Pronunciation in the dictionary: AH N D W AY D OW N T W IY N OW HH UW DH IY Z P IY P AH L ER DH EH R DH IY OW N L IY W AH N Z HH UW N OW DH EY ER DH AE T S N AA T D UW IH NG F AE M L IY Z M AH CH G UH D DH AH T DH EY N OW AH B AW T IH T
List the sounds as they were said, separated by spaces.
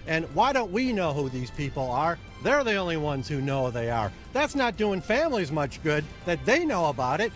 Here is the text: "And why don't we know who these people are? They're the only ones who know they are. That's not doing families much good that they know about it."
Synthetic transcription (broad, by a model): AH N W AY D OW N T W IY N OW HH UW DH IY Z P IY P L ER DH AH R DH IY OW N L IY W AH N Z HH UW N OW DH EY ER DH AE T S N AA T D UW IH NG F AE M L IY Z M AH CH G UH D DH AH T DH EY N OW AH B AW T IH T